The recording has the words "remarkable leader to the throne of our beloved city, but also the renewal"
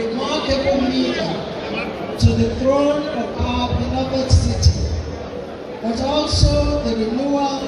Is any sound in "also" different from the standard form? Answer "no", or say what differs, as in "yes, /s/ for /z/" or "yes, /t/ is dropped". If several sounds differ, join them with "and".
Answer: no